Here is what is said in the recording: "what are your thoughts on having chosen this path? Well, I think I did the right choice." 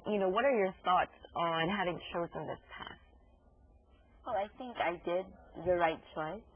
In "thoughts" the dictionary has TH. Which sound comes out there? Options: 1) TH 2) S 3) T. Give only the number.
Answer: 1